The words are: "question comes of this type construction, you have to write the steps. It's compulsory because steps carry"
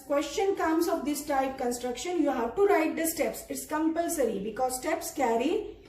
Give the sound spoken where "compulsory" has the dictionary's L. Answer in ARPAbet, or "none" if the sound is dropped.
L